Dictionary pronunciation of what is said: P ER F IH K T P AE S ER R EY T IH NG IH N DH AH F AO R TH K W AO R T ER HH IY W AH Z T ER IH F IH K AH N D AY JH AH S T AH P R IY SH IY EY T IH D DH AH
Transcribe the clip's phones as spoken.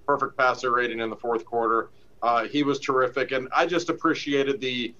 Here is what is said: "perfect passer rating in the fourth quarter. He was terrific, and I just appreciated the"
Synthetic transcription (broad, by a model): P ER F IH K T P AE S ER R EY T IH NG IH N DH AH F AO R TH K W AO R T ER IY W AH Z T ER IH F IH K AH N AY JH AH S T AH P R IY SH IY EY T IH D DH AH